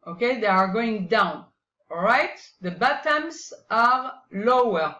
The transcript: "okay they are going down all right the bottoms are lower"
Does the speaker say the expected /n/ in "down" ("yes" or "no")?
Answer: yes